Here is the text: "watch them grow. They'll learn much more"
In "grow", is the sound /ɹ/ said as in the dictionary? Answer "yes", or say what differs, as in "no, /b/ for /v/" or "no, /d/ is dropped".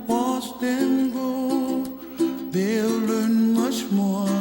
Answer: no, /ɹ/ is dropped